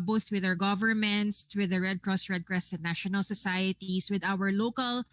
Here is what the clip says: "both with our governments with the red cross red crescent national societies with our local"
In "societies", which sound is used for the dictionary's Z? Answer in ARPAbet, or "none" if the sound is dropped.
S